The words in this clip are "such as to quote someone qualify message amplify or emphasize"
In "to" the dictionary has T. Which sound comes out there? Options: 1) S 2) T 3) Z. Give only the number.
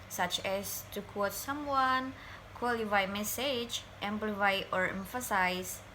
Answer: 2